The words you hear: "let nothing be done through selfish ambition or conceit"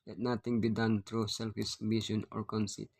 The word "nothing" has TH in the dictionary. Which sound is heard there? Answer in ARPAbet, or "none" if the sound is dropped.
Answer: T